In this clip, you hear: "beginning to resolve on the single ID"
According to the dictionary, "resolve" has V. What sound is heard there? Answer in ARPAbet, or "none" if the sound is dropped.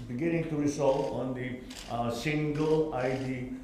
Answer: none